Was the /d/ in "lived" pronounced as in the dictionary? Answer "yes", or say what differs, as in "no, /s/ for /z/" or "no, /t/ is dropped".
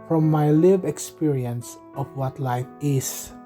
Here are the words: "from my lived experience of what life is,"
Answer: no, /d/ is dropped